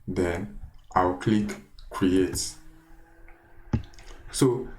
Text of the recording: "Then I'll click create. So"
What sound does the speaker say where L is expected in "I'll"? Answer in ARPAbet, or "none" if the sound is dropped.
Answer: W